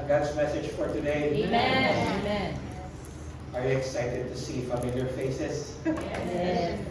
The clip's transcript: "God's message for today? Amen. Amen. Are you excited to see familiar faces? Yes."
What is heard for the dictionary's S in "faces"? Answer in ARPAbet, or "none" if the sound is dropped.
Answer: none